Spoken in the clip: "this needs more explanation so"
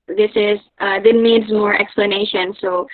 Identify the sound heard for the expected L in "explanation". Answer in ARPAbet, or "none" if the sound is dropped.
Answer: L